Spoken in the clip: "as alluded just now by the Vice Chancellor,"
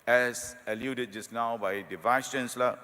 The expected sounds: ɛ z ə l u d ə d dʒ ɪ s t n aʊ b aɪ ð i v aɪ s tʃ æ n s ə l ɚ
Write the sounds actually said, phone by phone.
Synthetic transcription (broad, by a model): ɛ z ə l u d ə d dʒ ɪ s n aʊ b aɪ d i v aɪ s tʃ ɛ n s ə l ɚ